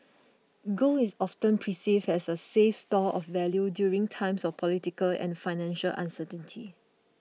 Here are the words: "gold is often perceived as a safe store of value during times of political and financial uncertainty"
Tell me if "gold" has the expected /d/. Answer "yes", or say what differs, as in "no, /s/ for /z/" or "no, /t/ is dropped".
no, /d/ is dropped